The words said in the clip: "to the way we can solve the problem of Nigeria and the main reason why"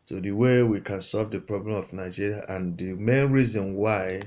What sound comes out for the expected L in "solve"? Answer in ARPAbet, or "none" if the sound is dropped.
L